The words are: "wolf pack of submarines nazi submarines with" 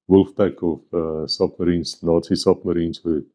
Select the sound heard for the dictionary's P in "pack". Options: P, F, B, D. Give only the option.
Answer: B